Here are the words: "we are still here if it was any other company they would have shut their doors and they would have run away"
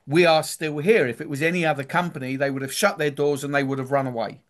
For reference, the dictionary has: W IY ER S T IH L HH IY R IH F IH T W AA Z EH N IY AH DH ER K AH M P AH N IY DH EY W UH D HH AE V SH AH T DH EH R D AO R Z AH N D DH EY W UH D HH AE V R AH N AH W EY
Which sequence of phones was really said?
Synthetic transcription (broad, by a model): W IY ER S T IH L HH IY R IH F IH T W AA Z EH N IY AH DH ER K AH M P AH N IY DH EY W UH D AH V SH AH T DH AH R D AO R Z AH N DH EY W UH D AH V R AH N AH W EY